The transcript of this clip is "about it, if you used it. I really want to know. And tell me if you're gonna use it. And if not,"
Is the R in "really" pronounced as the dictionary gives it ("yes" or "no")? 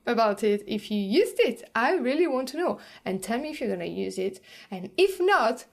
yes